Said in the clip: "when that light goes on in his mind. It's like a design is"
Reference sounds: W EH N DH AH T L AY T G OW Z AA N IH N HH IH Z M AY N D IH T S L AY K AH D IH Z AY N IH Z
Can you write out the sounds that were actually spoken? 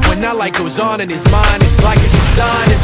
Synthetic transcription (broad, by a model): W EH N DH AH T L AY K G OW Z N IH N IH Z M AY N D IH T S L AY K AH D IH Z AY N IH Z